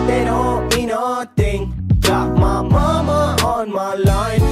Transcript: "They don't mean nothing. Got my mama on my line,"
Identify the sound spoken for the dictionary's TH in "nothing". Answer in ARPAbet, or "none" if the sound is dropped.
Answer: T